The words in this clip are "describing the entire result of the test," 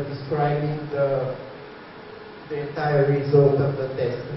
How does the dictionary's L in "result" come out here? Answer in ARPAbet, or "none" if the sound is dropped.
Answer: none